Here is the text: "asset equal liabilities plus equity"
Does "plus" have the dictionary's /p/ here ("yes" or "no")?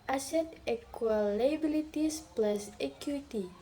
yes